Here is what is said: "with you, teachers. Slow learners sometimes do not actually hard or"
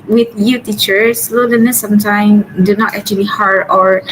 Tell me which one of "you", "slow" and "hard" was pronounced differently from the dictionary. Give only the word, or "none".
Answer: none